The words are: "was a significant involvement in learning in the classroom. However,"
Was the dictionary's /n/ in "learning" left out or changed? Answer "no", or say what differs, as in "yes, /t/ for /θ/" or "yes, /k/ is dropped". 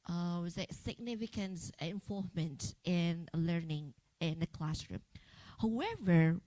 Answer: no